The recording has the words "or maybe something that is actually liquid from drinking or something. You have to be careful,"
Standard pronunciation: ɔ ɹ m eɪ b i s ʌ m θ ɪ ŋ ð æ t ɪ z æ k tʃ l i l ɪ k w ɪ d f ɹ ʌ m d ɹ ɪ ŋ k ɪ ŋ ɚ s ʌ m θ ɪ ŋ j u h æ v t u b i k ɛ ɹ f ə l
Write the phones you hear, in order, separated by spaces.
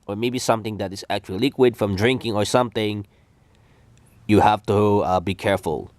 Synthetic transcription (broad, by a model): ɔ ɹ m eɪ b i s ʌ m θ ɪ ŋ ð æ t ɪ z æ k tʃ i l ɪ k w ɪ d f ɹ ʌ m d ɹ ɪ ŋ k ɪ ŋ ɚ s ʌ m θ ɪ ŋ j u h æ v t u b i k ɛ ɹ f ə l